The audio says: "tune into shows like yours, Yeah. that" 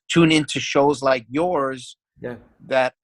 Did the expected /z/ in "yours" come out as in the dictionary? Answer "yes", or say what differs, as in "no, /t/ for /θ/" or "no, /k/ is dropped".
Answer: yes